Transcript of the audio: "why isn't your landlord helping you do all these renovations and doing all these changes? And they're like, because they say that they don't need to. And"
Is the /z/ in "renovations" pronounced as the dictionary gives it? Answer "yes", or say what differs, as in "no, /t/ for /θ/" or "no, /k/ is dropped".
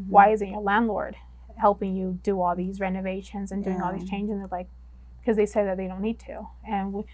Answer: yes